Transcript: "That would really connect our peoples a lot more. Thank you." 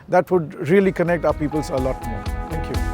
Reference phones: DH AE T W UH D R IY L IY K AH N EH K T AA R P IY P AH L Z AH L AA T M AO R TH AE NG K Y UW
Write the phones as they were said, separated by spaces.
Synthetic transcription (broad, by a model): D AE T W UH D R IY L IY K AH N EH K T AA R P IY P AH L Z AH L AA T M AO R T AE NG K Y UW